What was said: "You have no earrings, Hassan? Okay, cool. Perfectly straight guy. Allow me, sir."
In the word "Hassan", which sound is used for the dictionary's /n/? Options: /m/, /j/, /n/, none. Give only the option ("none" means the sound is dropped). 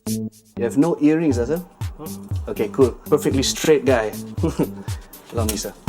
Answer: none